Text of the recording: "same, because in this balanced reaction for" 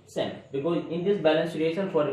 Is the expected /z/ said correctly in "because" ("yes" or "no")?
no